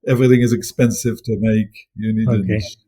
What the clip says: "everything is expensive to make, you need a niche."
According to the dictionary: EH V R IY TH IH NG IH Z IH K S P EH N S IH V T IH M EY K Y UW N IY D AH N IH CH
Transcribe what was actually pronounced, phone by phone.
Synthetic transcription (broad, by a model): EH V R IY TH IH NG IH Z IH K S P EH N S IH V T IH M EY K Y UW N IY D AH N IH